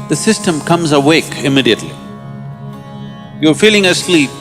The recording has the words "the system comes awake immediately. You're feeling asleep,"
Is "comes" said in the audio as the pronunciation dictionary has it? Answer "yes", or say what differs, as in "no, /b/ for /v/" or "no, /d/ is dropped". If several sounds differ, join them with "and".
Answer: yes